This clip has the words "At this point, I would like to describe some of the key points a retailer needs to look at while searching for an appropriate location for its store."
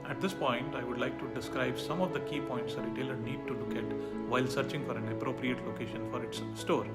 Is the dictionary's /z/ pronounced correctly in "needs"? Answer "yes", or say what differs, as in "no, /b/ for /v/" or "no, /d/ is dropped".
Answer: no, /z/ is dropped